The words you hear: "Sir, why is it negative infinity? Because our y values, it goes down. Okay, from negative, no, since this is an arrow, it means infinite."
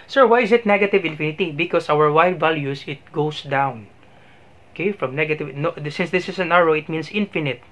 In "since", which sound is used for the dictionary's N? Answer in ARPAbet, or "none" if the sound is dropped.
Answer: N